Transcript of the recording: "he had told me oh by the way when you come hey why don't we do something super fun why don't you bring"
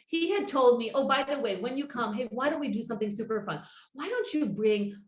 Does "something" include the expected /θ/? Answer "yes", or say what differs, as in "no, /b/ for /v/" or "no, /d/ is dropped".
yes